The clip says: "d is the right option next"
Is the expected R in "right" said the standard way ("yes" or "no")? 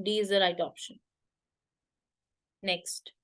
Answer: no